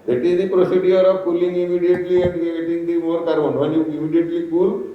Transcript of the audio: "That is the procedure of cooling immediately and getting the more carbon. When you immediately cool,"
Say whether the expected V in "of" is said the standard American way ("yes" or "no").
no